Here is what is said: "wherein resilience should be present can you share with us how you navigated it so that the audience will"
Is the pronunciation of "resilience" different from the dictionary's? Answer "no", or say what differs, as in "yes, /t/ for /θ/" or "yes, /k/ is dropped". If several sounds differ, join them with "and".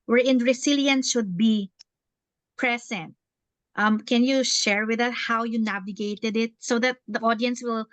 yes, /s/ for /z/